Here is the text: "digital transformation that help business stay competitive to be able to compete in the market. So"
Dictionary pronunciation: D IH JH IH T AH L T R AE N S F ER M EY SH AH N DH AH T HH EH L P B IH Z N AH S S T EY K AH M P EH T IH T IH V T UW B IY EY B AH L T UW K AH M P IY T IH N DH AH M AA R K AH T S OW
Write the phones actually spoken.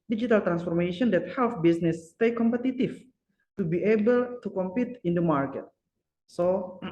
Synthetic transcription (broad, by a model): D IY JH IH T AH L T R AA N S F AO M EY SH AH N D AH T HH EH L F B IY S N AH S S T EY K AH M P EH T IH T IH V T UW B IY EY B AH L T UW K AH M P IY T IH N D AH M AA R K AH T S OW